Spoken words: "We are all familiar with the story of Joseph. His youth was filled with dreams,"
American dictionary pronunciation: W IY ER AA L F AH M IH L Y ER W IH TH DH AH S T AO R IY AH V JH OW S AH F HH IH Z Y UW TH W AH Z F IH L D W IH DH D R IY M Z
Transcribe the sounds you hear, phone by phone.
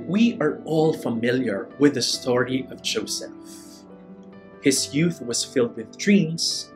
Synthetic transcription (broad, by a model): W IY ER AA L F AH M IH L Y ER W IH DH AH S T AO R IY AH V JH OW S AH F HH IH Z Y UW TH W AH Z F IH L D W IH DH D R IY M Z